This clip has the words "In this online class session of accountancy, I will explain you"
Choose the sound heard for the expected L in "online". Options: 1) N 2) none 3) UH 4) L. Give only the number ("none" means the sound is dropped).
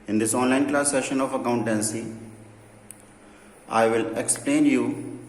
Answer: 4